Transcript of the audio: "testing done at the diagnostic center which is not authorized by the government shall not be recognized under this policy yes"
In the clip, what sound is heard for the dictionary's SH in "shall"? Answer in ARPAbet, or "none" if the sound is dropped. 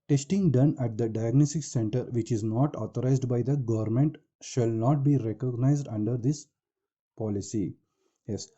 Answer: SH